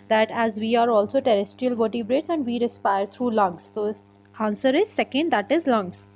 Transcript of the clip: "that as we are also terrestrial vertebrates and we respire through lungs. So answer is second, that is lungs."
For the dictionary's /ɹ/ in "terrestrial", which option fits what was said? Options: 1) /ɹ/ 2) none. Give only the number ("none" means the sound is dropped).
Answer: 1